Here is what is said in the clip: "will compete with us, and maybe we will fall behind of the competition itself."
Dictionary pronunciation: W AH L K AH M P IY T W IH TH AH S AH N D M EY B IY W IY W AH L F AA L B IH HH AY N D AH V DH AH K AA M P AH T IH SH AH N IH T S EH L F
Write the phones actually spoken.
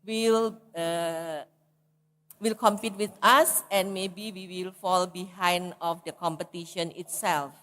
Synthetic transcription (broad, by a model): W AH L K AH M P IY T W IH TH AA S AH N M EY B IY W IY W AH L F AA L B IH HH AY N D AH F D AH K AA M P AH T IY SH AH N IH T S EH L F